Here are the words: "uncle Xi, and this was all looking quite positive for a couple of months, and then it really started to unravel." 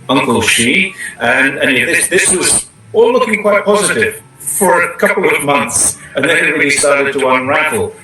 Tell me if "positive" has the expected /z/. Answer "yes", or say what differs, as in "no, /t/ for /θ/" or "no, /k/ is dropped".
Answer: yes